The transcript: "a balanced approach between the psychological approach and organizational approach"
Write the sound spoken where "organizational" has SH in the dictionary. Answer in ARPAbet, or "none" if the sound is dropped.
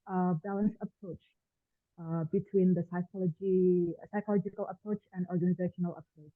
SH